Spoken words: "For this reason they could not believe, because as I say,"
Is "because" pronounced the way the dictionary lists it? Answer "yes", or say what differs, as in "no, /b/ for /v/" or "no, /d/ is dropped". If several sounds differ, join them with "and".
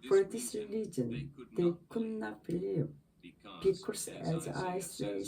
no, /s/ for /z/